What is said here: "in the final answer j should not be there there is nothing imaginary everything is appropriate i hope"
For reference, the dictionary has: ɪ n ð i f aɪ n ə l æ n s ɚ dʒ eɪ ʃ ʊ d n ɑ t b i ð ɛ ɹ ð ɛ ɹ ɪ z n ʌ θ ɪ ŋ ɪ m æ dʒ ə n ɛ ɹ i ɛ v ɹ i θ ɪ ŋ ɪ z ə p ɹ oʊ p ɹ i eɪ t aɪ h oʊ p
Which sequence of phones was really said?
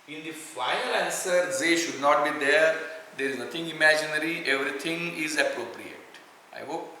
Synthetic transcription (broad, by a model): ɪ n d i f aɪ ə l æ n s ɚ z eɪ ʃ ʊ d n ɑ t b i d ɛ ɹ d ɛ ɹ ɪ z n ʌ t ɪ ŋ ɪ m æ dʒ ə n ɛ ɹ i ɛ v ɹ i t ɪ ŋ ɪ z ə p ɹ oʊ p ɹ i eɪ t aɪ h oʊ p